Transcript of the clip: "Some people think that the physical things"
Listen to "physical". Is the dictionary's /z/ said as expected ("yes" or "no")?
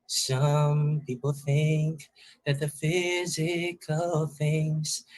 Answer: yes